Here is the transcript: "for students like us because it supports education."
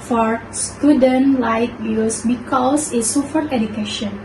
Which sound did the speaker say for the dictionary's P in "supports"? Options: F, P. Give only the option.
F